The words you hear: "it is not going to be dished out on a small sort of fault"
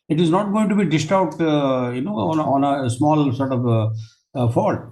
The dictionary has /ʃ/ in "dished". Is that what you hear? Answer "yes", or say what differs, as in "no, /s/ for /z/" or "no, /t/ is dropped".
no, /s/ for /ʃ/